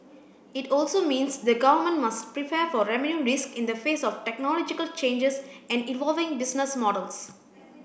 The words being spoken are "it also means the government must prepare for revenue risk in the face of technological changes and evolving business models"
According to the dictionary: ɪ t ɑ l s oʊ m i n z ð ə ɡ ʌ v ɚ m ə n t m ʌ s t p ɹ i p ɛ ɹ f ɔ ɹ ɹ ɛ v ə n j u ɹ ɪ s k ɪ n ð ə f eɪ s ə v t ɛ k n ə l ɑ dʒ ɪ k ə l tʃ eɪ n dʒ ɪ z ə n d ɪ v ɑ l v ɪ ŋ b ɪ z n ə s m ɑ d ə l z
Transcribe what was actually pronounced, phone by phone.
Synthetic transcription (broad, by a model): ɪ t ɑ l s oʊ m i n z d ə ɡ ʌ v ɚ m ə n t m ʌ s t p ɹ i p ɛ ɹ f ɔ ɹ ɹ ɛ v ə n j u ɹ ɪ s k ɪ n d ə f eɪ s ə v t ɛ k n ə l ɑ dʒ ɪ k ə l tʃ eɪ n dʒ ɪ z ə n d ɪ v ɑ l v ɪ ŋ b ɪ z n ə s m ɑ d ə l s